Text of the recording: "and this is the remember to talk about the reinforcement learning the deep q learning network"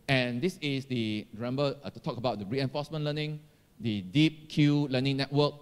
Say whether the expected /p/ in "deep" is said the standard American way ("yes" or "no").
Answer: yes